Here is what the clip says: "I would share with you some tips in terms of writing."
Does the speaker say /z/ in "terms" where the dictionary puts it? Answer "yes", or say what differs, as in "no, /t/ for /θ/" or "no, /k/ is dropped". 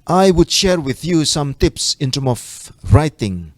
no, /z/ is dropped